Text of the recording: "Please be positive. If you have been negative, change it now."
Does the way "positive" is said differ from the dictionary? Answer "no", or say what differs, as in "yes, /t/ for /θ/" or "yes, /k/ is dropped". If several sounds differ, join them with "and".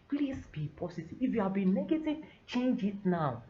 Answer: yes, /s/ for /z/